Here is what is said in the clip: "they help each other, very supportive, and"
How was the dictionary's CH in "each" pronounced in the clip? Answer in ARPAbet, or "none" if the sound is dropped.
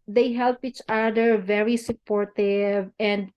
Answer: CH